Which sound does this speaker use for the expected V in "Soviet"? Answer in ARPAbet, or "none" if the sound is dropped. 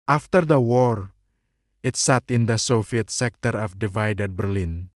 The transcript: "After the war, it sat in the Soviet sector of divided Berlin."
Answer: F